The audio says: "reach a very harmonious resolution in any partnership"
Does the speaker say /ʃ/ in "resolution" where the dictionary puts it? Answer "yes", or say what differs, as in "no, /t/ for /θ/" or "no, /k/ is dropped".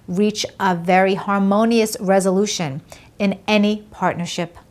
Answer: yes